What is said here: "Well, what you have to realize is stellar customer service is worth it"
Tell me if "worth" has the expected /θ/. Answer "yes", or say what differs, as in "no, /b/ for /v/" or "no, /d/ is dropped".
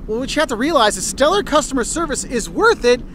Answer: yes